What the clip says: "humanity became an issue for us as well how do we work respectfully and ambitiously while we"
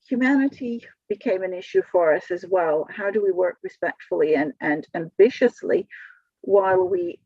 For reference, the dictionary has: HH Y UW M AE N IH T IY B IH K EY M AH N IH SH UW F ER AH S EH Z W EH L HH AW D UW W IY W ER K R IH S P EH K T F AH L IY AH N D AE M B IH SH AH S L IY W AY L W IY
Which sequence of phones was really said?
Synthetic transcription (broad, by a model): HH Y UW M AE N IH T IY B IH K EY M AH N IH SH UW F ER AH S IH Z W EH L HH AW D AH W IY W ER K R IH S P EH K T F L IY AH N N AE M B IH SH AH S L IY W AY W W IY